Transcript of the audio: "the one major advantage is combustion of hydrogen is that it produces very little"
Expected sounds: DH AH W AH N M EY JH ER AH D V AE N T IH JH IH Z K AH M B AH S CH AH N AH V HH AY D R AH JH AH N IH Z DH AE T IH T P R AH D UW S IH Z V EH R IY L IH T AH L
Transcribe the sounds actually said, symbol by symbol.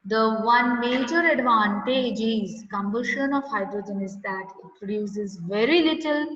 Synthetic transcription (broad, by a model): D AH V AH N M EY JH ER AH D V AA N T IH JH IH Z K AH M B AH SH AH N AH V HH AY D R AH JH AH N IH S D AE T IH T P R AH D UW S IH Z V EH R IY L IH T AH L